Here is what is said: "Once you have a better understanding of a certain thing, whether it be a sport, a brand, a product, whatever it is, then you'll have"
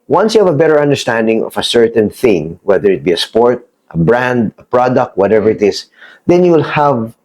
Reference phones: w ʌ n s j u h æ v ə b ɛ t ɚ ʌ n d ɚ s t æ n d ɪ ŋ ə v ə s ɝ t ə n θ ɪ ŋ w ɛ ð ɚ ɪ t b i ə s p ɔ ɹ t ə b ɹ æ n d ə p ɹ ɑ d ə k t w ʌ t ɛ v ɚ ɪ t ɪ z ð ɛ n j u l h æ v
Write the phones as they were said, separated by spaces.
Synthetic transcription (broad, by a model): w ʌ n s j u h æ v ə b ɛ t ɚ ʌ n d ɚ s t æ n d ɪ ŋ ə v ə s ɝ t ə n θ ɪ ŋ w ɛ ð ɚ ɪ t b i ə s p ɔ ɹ t ə b ɹ æ n d ə p ɹ ɑ d ə k t w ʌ t ɛ v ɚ ɪ t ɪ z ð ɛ n j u l h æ v